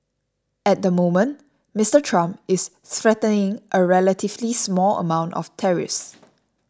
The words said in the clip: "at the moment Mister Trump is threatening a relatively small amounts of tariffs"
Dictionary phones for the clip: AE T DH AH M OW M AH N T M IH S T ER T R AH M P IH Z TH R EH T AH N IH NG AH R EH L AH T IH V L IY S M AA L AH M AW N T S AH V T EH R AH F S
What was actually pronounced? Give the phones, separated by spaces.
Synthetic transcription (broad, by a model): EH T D AH M OW M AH N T M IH S T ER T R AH M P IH S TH R EH T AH N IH NG AH R EH L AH T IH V L IY S M AA L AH M AW N T AH F T EH R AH S